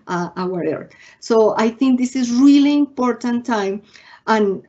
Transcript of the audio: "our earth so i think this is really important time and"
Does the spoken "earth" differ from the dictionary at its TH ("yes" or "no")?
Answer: yes